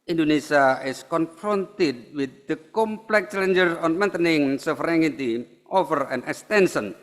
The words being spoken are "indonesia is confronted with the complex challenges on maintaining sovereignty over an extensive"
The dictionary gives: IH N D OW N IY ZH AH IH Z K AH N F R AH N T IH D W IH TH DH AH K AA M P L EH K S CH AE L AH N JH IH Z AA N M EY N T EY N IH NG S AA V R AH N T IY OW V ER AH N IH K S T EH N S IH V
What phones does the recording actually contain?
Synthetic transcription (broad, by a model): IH N D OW N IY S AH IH S K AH N F R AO N T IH D W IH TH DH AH K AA M P L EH K CH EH L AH N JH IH S AA N M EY N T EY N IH NG S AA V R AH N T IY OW F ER AH N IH K S T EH N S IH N